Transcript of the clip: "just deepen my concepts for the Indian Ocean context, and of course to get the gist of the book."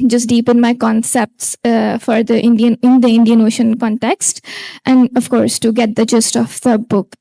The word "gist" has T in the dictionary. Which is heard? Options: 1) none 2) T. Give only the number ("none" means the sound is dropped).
2